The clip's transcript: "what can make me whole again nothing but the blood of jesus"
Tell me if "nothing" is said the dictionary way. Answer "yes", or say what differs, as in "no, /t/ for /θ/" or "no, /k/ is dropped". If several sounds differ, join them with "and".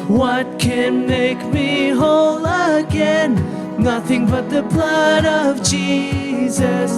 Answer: yes